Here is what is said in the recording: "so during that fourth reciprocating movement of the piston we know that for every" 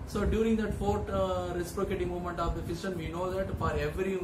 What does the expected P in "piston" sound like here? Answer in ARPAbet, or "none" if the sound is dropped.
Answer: F